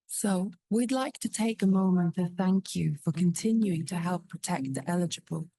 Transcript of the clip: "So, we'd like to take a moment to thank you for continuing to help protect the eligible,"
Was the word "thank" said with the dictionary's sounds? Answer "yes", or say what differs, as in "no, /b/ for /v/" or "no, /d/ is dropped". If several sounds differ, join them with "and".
yes